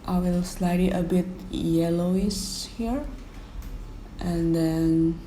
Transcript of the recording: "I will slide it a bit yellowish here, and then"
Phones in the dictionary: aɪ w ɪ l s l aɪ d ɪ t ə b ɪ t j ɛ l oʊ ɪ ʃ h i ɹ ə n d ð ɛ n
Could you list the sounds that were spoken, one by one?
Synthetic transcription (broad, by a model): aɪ w ɪ l s l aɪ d ɪ t ə b ɪ t j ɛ l oʊ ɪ s h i ɹ ə n d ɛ n